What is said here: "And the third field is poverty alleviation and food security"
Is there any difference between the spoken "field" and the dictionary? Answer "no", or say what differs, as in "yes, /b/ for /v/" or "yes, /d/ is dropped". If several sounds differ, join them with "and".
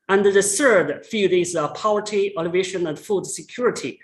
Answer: yes, /l/ is dropped